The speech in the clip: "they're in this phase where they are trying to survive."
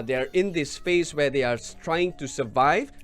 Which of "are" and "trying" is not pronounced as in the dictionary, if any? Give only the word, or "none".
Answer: none